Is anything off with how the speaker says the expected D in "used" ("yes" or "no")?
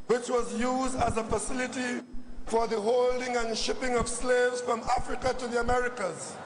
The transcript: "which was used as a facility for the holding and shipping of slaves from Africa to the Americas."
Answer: no